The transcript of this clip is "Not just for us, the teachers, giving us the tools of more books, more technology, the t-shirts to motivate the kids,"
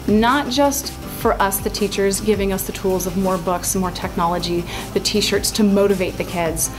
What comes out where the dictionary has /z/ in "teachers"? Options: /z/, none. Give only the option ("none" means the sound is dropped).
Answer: /z/